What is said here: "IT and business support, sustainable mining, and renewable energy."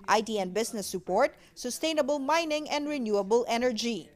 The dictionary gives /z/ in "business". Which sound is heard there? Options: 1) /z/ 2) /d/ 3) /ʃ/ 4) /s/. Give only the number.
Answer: 4